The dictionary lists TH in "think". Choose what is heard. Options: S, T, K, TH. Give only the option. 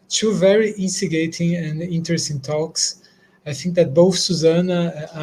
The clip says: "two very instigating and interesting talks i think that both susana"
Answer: TH